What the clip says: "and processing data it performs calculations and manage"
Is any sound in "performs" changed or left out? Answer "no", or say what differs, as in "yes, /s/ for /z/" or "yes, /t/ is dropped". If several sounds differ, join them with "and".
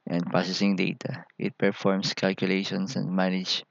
yes, /s/ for /z/